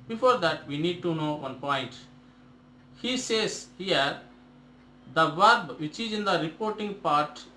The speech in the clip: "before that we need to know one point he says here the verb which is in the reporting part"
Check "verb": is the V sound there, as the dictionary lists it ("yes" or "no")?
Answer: yes